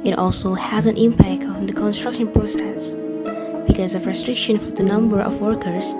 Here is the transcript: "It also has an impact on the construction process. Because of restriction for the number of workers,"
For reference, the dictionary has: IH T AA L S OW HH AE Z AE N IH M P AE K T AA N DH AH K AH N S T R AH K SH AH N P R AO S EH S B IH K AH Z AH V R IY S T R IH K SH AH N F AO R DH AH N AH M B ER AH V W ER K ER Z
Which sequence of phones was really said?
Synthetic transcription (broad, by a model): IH T AA L S OW HH AE Z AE N IH M P AE K T AA N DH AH K AH N S T R AH K SH AH N P R AO S EH S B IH K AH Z AH V R IY S T R IH K SH AH N F AO R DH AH N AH M B ER AH V W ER K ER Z